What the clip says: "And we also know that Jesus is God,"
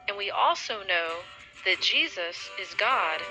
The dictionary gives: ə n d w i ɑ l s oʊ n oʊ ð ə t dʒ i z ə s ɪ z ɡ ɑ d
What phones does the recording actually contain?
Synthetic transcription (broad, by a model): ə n w i ɑ l s oʊ n oʊ ð ə t dʒ i z ə s ɪ z ɡ ɑ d